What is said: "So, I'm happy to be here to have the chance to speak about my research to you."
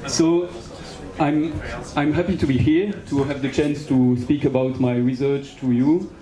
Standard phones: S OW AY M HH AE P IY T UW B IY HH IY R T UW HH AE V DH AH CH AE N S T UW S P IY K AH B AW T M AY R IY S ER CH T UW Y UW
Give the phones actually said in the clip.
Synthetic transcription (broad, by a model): S OW AY M HH AE P IY T UW B IY HH IY R T UW HH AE V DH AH CH AE N S T UW S P IY K AH B AW T M AY R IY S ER CH T UW Y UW